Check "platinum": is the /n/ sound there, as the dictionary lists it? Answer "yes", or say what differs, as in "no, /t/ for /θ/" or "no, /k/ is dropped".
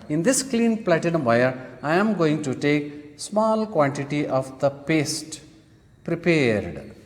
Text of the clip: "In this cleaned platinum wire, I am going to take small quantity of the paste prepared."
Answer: no, /n/ is dropped